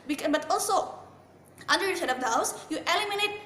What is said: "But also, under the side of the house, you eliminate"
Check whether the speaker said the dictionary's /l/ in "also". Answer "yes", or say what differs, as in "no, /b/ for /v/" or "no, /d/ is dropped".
yes